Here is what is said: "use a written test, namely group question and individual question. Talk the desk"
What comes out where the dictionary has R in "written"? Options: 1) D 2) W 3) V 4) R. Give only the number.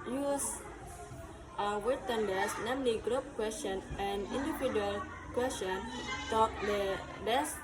2